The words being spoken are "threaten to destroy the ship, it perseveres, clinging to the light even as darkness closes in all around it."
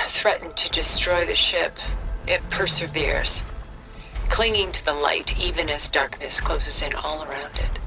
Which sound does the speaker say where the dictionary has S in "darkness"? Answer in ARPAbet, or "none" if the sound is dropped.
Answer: S